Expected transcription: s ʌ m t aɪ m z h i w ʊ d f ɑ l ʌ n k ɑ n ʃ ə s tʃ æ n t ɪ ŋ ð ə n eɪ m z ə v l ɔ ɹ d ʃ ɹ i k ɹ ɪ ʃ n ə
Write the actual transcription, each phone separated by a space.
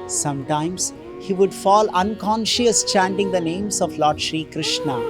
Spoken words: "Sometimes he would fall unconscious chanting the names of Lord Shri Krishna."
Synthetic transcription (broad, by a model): s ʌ m t aɪ m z h i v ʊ d f ɑ l ʌ n k ɑ n ʃ ə s tʃ æ n t ɪ ŋ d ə n eɪ m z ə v l ɔ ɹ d ʃ ɹ i k ɹ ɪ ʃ n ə